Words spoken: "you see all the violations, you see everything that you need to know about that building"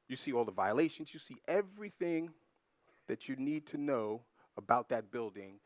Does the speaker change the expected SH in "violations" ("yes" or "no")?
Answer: no